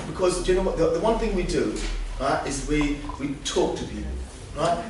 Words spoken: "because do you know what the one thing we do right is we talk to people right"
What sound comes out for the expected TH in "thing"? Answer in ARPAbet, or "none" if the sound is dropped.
TH